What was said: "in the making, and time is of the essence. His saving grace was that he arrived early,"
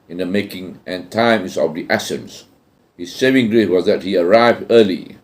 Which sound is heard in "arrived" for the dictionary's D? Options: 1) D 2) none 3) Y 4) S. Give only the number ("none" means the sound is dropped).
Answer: 1